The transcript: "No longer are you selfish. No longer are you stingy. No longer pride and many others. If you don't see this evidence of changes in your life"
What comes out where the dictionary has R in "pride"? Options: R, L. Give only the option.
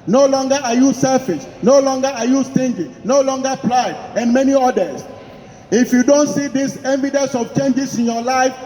L